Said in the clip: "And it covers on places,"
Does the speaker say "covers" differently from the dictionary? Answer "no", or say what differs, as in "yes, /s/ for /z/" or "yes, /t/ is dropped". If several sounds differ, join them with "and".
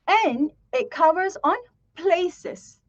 no